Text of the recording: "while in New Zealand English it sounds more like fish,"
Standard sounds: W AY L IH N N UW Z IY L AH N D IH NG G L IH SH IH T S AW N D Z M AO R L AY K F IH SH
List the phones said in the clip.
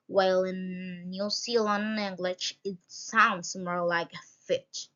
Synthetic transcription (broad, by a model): W AY L IH N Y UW S IY L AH N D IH NG G L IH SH IH T S AW N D S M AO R L AY K F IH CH